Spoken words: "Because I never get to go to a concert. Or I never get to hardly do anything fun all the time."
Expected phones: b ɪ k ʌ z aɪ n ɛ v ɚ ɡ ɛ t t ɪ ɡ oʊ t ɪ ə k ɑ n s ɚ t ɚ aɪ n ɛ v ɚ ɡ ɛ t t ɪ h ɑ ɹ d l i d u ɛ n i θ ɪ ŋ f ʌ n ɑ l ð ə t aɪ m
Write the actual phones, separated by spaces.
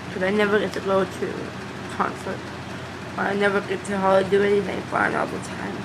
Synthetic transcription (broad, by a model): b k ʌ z aɪ n ɛ v ɚ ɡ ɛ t t ɪ ɡ oʊ t ɪ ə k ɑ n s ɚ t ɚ aɪ n ɛ v ɚ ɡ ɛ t t ɪ h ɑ l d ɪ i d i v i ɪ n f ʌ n ɑ l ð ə t aɪ m